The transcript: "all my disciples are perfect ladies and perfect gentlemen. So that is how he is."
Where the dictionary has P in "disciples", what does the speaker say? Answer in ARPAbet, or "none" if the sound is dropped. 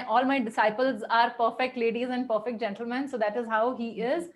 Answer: P